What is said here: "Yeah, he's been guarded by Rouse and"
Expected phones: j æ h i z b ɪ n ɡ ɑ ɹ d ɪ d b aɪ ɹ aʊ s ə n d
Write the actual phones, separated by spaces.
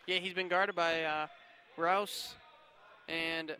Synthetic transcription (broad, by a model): j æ h i z b ɪ n ɡ ɑ ɹ d ɪ d b aɪ ɹ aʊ s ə n